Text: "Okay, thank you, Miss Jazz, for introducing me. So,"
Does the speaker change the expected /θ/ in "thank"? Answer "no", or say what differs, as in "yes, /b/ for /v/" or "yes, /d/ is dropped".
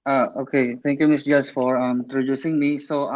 yes, /t/ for /θ/